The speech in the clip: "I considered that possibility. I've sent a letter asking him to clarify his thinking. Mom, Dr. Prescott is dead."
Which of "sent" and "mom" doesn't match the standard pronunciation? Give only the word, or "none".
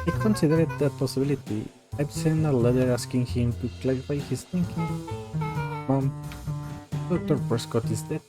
sent